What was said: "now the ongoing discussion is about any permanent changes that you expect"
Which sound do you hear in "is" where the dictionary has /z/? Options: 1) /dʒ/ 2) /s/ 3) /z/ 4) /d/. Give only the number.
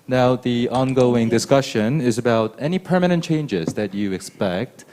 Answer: 3